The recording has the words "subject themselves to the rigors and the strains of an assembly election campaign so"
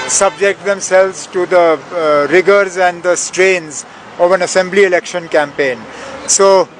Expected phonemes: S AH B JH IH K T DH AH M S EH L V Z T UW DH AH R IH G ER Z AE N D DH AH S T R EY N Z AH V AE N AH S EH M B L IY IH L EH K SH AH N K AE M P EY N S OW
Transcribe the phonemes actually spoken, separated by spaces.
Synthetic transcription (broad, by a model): S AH B JH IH K T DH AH M S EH L V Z T UW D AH R IH G ER Z AE N D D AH S T R EY N Z AH V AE N AH S EH M B L IY IH L EH K SH AH N K AE M P EY N S OW